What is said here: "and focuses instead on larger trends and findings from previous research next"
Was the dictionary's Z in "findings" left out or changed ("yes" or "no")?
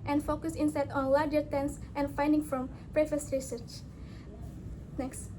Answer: yes